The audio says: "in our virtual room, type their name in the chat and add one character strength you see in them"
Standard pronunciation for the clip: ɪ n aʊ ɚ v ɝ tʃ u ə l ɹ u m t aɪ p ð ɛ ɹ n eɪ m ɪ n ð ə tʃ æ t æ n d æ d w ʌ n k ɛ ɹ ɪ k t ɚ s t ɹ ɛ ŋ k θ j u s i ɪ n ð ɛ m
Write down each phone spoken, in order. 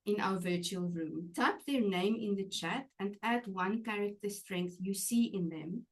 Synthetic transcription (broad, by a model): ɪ n aʊ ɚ v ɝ tʃ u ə l ɹ u m t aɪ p ð ɛ ɹ n eɪ m ɪ n ð ə tʃ æ t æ n d æ d w ʌ n k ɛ ɹ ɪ k t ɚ s t ɹ ɛ ŋ k θ j u s i ɪ n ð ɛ m